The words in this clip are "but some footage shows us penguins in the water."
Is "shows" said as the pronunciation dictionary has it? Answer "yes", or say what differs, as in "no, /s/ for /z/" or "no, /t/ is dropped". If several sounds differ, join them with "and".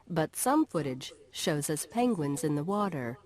yes